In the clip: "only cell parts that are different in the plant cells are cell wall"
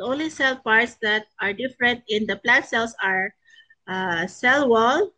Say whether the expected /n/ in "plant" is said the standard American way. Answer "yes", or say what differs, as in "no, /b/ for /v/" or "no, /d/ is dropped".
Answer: no, /n/ is dropped